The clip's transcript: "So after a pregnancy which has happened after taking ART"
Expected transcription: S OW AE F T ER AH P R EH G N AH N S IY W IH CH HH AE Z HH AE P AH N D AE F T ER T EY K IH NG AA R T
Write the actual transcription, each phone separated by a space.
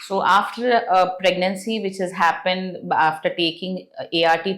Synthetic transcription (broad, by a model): S OW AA F T ER AH P R EH G N AH N S IY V IH CH HH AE Z HH AE P AH N D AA F T ER T EY K IH NG AA R T